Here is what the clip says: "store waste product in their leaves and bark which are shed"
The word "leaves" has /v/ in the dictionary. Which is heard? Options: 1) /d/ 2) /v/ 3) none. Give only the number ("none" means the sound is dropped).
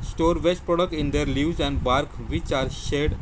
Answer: 3